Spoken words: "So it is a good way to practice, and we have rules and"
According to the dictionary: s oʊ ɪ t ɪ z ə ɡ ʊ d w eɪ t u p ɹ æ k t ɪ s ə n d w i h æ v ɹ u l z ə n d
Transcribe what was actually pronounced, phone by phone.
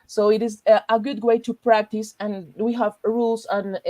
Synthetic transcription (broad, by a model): s oʊ ɪ t ɪ z ə ɡ ʊ d w eɪ t u p ɹ æ k t ɪ s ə n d w i h æ v ɹ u l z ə n